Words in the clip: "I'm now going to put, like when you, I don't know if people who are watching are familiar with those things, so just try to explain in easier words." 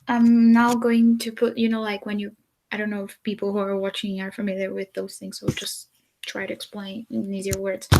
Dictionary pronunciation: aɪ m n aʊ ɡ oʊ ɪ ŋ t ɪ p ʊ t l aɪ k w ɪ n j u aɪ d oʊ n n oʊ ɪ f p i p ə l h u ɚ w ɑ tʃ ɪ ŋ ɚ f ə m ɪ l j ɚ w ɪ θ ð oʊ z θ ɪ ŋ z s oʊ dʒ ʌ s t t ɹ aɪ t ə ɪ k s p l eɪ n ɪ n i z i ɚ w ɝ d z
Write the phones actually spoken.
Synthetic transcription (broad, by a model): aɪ m n aʊ ɡ oʊ ɪ ŋ t ɪ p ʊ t l aɪ k w ɪ n j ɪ aɪ d oʊ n n oʊ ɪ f p i p l h u ɚ w ɑ tʃ ɪ ŋ ɚ f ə m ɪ l j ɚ w ɪ ð oʊ z θ ɪ ŋ z s oʊ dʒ ʌ s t t ɹ aɪ t ɪ k s p l eɪ n ɪ n i z i ɚ w ɝ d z